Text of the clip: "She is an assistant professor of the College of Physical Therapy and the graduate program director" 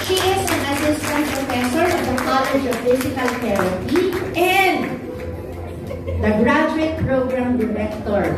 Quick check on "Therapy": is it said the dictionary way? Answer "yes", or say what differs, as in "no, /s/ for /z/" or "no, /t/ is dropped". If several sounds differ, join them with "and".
no, /t/ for /θ/